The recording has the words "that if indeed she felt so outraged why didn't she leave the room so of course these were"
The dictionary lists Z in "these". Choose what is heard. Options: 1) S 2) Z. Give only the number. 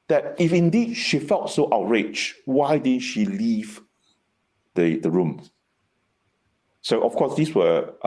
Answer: 1